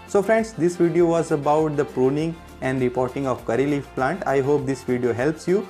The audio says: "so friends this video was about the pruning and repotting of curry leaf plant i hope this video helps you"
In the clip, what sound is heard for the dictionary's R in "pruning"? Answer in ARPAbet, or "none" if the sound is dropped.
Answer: R